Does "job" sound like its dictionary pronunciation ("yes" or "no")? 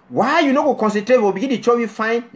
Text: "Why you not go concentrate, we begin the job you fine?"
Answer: no